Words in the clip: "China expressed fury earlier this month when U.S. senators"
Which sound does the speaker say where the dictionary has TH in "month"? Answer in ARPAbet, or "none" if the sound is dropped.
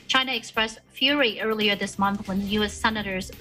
TH